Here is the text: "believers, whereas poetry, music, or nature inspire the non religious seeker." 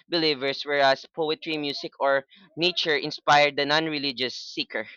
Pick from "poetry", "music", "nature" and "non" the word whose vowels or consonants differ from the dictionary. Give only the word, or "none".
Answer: music